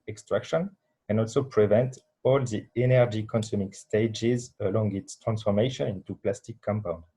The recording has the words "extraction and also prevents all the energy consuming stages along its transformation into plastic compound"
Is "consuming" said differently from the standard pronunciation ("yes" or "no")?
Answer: no